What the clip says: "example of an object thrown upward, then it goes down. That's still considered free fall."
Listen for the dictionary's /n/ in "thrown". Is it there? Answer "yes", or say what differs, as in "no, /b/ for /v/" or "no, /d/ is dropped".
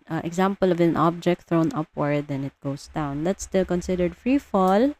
yes